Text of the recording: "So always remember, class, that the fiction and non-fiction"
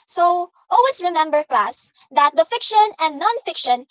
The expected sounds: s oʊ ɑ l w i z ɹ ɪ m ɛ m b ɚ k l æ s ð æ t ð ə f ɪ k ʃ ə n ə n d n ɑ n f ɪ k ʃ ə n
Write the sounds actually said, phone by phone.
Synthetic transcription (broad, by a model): s oʊ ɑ l w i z ɹ ɪ m ɛ m b ɚ k l æ s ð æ t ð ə f ɪ k ʃ ə n ə n d n ɑ n f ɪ k ʃ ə n